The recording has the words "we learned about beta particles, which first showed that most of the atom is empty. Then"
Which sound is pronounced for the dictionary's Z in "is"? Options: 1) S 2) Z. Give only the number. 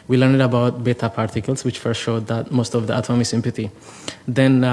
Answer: 1